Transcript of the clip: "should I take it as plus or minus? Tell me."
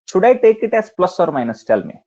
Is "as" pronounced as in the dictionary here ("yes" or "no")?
no